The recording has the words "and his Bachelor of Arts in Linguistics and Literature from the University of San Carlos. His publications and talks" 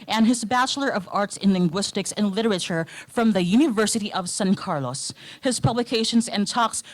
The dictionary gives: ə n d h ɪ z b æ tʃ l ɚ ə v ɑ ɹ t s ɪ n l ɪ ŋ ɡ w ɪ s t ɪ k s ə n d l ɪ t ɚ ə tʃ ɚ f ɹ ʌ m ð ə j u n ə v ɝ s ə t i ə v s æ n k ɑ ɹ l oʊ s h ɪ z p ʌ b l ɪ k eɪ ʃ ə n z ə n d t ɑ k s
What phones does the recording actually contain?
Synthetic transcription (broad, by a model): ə n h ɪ z b æ tʃ l ɚ ə v ɑ ɹ t s ɪ n l ɪ ŋ ɡ w ɪ s t ɪ k s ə n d l ɪ t ɚ ə tʃ ɚ f ɹ ʌ m ð ə j u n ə v ɝ s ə t i ə v s æ n k ɑ ɹ l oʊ s h ɪ z p ʌ b l ɪ k eɪ ʃ ə n z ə n t ɑ k s